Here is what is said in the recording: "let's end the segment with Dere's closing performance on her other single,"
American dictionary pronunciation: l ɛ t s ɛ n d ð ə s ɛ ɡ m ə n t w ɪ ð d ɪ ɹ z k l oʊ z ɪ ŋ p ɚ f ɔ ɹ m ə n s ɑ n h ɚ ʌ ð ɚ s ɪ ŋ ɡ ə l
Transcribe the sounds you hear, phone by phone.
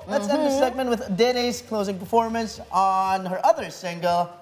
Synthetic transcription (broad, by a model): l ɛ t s ɛ n d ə s ɛ ɡ m ə n t w ɪ ð d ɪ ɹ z k l oʊ z ɪ ŋ p ɚ f ɔ ɹ m ə n s n h ɚ ʌ ð ɚ s ɪ ŋ ɡ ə l